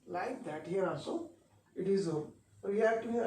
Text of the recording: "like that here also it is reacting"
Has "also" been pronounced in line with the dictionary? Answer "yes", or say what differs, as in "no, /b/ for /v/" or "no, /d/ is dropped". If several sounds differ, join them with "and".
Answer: no, /n/ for /l/